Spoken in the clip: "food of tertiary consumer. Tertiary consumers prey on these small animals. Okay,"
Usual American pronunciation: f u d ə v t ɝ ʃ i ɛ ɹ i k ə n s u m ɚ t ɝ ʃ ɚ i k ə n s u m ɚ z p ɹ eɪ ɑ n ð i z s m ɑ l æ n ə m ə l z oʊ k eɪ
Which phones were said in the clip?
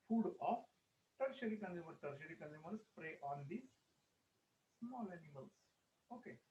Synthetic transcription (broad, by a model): f u d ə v t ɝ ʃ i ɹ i k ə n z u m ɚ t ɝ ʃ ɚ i k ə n u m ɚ s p ɹ eɪ ɑ n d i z s m ɑ l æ n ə m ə l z oʊ k eɪ